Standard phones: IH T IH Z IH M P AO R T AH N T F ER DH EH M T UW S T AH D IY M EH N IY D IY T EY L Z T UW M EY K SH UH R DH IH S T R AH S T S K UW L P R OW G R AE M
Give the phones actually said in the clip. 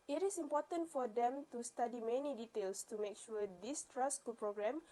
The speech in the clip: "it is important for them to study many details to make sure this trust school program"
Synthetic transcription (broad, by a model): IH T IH S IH M P AO T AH N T F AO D EH M T UW S T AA D IY M EH N IY D IY T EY L S T UW M EY K SH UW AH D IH S T R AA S S K UW L P R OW G R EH M